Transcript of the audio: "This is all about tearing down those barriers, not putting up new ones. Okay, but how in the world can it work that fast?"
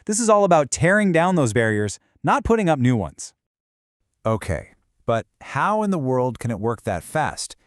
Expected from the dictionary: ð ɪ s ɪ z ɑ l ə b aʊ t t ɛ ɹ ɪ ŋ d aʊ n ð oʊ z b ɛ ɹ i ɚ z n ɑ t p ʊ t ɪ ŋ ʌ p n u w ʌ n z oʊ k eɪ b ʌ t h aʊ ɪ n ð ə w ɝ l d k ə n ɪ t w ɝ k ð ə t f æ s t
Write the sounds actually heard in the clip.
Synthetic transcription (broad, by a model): ð ɪ s ɪ z ɑ l ə b aʊ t t ɛ ɹ ɪ ŋ d aʊ n ð oʊ z b ɛ ɹ i ɚ z n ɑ t p ʊ t ɪ ŋ ʌ p n u w ʌ n z oʊ k eɪ b ʌ t h aʊ ɪ n ð ə w ɝ l d k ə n ɪ t w ɝ k ð ə t f æ s t